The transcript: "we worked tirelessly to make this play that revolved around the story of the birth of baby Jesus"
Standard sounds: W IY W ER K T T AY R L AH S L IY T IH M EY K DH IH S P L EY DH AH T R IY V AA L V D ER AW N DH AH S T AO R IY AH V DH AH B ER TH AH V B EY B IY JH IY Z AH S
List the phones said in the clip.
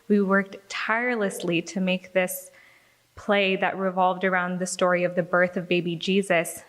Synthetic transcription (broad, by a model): W IY W ER K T T AY R L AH S L IY T IH M EY K DH IH S P L EY DH AH T R IY V AA L V D ER AW N DH AH S T AO R IY AH V DH AH B ER TH AH V B EY B IY JH IY Z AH S